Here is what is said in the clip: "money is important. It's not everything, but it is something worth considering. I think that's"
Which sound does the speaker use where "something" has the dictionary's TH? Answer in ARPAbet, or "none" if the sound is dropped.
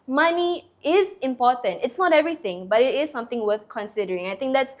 T